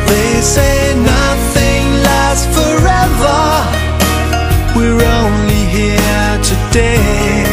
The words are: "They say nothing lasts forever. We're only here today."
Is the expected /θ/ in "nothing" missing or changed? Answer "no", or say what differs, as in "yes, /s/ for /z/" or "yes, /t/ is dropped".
no